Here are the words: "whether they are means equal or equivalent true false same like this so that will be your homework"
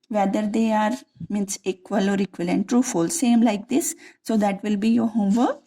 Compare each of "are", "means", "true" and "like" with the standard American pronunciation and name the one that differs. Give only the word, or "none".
means